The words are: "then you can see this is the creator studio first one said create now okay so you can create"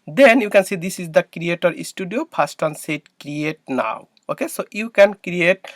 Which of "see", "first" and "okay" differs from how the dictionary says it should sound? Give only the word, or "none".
first